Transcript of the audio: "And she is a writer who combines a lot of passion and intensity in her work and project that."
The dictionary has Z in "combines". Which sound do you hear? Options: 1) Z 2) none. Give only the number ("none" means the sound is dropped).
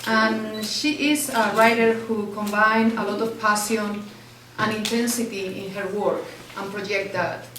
2